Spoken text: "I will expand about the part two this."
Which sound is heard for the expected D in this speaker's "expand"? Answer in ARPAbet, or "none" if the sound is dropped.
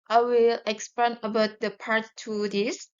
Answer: none